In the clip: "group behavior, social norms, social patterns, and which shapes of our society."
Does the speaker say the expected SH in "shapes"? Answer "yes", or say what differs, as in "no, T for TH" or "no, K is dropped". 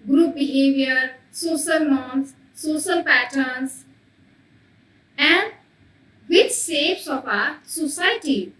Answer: no, S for SH